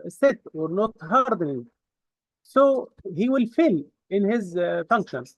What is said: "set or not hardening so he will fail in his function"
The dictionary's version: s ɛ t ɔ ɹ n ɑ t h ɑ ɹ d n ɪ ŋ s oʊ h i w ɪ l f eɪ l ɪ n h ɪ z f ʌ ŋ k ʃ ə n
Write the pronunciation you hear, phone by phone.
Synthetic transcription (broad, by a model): s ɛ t ɔ ɹ n ɑ t h ɑ ɹ d n ɪ ŋ s oʊ h i w ɪ l f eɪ l ɪ n h ɪ z f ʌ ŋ k ʃ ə n